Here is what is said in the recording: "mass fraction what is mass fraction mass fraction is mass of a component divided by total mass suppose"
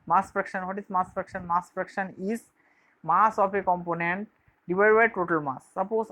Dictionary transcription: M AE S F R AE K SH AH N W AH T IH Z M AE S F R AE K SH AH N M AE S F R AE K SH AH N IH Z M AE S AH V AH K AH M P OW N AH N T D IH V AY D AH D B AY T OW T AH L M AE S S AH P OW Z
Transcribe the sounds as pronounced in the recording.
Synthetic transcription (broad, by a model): M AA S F R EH K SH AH N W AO T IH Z M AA S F R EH K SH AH N M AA S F R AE K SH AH N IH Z M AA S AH P AH K AH M P OW N AH N T D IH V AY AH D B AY T OW T AH L M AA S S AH P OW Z